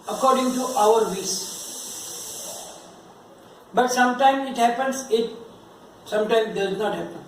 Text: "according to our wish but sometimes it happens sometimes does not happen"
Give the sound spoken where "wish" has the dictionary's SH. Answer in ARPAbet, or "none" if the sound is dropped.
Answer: S